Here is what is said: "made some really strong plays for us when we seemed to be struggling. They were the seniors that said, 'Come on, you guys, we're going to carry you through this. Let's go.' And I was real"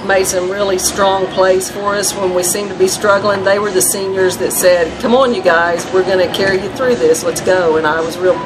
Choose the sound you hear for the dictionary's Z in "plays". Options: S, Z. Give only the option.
S